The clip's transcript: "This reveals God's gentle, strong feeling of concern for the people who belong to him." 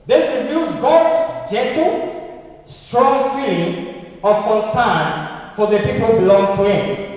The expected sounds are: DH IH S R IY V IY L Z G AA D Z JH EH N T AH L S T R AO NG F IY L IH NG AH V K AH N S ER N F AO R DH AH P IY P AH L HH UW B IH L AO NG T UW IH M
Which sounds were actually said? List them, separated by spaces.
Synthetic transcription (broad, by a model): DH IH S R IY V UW Z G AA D JH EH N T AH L S T R AO NG F IY L IH NG AH V K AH N S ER N F AO R DH AH P IY P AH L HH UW B IH L AO NG T UW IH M